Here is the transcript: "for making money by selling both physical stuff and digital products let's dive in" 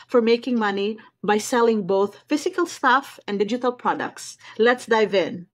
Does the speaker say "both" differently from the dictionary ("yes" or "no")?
no